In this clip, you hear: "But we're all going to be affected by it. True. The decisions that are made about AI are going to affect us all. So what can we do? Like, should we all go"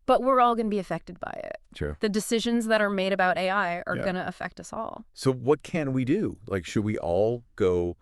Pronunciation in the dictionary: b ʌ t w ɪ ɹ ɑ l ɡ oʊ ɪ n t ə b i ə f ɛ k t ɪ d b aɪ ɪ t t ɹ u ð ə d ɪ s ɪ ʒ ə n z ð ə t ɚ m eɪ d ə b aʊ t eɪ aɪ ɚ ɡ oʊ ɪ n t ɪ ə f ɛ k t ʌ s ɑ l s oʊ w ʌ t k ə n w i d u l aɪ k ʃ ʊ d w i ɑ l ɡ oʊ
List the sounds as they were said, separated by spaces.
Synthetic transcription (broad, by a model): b ʌ t w ɪ ɹ ɑ l ɡ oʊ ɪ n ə b i ə f ɛ k t ɪ d b aɪ ɪ t t ɹ u ð ə d ɪ s ɪ ʒ ə n z ð ə t ɚ m eɪ d ə b aʊ t eɪ aɪ ɚ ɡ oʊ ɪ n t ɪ ə f ɛ k t ʌ s ɑ l s oʊ w ʌ t k ə n w i d u l aɪ k ʃ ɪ d w i ɑ l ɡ oʊ